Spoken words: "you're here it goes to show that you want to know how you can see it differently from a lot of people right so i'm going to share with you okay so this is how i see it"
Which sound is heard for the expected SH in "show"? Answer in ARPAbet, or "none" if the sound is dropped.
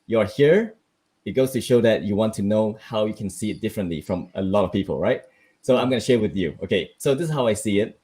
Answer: SH